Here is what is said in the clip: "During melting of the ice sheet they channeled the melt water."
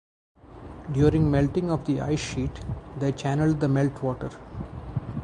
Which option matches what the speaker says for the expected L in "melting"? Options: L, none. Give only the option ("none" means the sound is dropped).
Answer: L